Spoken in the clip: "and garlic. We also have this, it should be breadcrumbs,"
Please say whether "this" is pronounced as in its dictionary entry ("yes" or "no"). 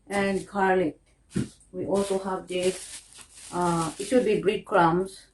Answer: no